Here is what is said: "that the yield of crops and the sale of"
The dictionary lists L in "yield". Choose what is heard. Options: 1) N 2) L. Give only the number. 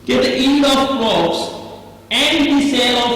1